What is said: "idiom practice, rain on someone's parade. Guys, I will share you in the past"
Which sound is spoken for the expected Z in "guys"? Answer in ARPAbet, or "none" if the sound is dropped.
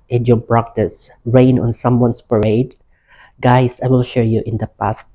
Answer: S